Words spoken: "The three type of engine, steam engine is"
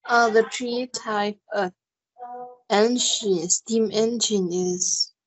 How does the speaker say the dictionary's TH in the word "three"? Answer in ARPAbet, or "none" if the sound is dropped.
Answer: T